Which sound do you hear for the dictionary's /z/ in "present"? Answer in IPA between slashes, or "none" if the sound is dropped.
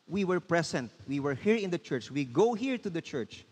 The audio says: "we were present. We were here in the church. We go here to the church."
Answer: /s/